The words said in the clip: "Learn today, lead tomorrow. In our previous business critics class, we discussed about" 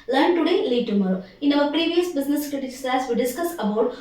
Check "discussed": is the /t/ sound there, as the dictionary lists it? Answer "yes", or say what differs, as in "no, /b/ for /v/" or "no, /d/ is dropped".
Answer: no, /t/ is dropped